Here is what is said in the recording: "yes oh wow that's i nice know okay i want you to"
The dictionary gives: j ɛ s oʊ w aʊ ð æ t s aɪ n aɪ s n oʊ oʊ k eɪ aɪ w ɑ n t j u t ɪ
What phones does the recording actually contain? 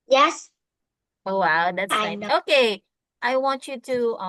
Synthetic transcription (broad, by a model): j ɛ s oʊ w aʊ ð æ t s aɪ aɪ n oʊ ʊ k eɪ aɪ w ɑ n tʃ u t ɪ